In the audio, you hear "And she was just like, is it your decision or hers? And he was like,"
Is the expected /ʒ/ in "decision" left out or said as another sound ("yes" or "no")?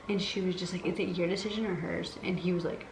no